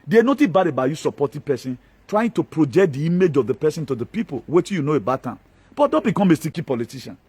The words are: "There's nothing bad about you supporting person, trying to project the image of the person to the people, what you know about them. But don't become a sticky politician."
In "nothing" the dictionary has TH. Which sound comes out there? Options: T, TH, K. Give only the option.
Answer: T